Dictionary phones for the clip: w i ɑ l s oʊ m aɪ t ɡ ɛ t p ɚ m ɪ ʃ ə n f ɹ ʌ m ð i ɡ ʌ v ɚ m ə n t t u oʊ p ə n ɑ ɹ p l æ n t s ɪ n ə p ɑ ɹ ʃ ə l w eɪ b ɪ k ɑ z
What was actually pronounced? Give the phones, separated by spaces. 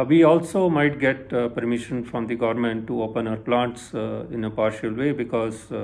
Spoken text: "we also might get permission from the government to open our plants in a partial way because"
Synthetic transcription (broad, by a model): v i ɑ l s oʊ m aɪ t ɡ ɛ t p ɚ m ɪ ʃ ə n f ɹ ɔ m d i ɡ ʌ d m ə n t t u oʊ p ə n ɑ ɹ p l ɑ n t s ɪ n ə p ɑ ɹ ʃ ə l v eɪ b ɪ k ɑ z